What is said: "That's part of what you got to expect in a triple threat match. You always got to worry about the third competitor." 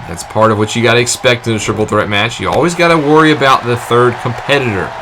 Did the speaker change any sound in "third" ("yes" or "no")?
no